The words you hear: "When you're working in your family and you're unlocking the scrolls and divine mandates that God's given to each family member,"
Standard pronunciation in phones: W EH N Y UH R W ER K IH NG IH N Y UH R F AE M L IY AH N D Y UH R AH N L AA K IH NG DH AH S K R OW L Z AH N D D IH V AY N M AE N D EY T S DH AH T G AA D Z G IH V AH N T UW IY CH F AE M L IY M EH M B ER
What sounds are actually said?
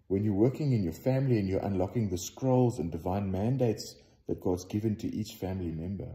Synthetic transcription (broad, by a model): W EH N Y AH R W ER K IH NG IH N Y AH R F AE M L IY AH N Y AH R AH N L AA K IH NG DH AH S K R OW L Z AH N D D IH V AY N M AE N D EY T S DH AH T G AA D Z G IH V AH N T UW IY CH F AE M L IY M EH M B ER